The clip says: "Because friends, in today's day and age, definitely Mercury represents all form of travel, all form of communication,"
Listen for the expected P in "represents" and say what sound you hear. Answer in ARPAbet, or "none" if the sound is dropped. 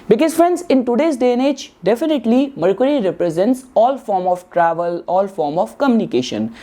P